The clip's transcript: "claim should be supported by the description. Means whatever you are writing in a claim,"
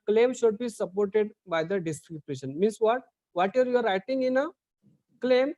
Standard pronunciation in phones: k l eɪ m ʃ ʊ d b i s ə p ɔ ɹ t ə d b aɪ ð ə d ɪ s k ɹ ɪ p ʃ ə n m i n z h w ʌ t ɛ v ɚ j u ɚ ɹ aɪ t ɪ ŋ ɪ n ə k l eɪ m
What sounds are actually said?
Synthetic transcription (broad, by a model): k l eɪ m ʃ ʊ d b i s ə p ɔ ɹ t ə d b aɪ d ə d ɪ s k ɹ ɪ b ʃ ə n m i n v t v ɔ t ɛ v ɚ j u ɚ ɹ aɪ t ɪ ŋ ɪ n ə k l eɪ m